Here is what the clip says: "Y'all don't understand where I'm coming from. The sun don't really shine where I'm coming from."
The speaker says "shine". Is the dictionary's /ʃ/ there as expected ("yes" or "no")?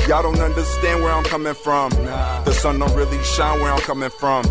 yes